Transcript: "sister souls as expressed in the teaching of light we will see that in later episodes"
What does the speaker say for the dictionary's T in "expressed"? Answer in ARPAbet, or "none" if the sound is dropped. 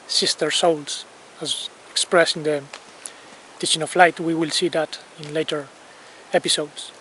none